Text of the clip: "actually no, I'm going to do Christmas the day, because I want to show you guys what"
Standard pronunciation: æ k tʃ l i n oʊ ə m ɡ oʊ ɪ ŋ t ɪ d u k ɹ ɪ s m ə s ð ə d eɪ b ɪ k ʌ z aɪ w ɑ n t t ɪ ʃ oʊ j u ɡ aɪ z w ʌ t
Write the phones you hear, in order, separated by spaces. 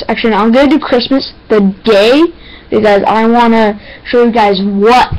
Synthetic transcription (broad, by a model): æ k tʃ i l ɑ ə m ɡ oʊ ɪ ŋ t ɪ k ɹ ɪ s m ə s ð ə d eɪ b ɪ k ʌ z aɪ w ɑ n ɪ ʃ oʊ j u ɡ aɪ z w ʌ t